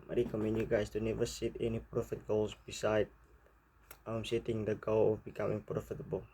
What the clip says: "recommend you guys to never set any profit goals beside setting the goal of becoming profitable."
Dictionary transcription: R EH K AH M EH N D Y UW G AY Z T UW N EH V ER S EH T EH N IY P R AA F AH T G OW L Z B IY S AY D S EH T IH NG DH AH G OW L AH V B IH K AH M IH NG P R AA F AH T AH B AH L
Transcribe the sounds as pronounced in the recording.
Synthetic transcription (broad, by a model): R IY K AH M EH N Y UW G AY S T UW N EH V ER S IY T EH N IY P R AA F AH T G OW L S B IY S AY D S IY T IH NG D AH G OW L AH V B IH K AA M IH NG P R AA F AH T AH B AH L